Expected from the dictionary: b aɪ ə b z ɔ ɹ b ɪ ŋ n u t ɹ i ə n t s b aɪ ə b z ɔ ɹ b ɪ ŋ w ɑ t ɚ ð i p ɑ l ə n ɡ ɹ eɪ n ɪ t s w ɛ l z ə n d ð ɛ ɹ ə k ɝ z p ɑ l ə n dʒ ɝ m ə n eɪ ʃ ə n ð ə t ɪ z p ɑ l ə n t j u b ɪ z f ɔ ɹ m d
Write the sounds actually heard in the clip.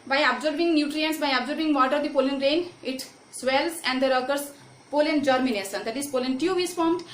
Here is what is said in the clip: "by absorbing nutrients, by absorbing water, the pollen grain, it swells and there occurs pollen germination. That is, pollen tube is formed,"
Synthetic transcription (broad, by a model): b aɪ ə b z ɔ ɹ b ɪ ŋ n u t ɹ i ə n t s b aɪ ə b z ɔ ɹ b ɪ ŋ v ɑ t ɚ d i p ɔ l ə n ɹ eɪ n ɪ t s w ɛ l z ə n d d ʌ ɹ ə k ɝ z p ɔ l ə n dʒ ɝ m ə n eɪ s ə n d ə t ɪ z p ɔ l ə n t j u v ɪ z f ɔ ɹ m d